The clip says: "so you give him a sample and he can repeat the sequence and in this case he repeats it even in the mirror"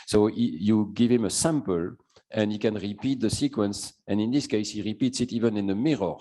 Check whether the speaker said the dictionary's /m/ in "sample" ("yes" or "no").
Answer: yes